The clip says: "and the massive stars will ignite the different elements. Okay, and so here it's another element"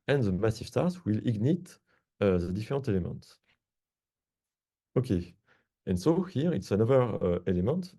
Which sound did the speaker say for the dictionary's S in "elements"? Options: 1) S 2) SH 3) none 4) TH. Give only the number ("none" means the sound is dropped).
3